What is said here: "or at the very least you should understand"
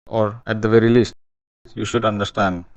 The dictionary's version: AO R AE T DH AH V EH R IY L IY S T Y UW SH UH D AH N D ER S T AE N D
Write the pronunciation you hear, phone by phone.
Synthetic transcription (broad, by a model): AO R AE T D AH V EH R IY L IY S T Y UW SH UH D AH N D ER S T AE N D